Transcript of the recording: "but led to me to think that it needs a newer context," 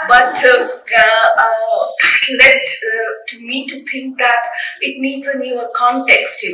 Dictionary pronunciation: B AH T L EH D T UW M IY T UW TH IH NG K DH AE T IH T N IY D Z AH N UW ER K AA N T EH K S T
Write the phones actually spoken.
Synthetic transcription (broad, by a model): B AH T L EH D T UW M IY T UW T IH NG K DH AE T IH T N IY D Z AH N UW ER K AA N T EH K S T